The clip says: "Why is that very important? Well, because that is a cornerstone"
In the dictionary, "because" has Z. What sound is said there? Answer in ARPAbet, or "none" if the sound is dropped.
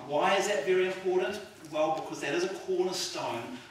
Z